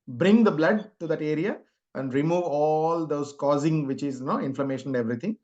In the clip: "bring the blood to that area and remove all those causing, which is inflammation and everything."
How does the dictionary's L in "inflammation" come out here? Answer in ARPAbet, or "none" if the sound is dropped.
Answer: L